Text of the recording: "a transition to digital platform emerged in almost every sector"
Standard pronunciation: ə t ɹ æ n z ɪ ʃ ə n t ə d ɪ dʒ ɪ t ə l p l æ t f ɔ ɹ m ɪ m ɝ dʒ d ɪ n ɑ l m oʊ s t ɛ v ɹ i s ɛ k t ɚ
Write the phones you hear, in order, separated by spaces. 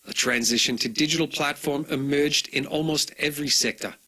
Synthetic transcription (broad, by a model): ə t ɹ æ n z ɪ ʃ ə n t ə d ɪ dʒ ɪ t ə l p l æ t f ɔ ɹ m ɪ m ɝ dʒ d ɪ n ɑ l m oʊ s t ɛ v ɹ i s ɛ k t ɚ